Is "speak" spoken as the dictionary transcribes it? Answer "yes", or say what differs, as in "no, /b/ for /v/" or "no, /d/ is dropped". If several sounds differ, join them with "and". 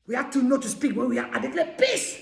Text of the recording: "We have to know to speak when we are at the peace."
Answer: yes